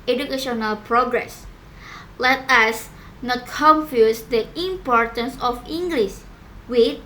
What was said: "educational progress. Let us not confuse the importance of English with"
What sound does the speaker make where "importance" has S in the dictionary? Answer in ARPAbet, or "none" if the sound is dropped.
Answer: S